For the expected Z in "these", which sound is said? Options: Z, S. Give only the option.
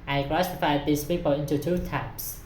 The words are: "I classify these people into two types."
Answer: S